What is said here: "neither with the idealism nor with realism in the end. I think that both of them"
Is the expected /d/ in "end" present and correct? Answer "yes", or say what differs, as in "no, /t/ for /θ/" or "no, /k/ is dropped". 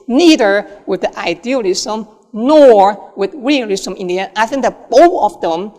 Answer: no, /d/ is dropped